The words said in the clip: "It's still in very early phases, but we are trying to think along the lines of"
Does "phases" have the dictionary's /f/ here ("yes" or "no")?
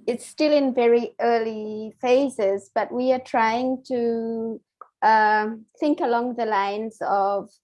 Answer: yes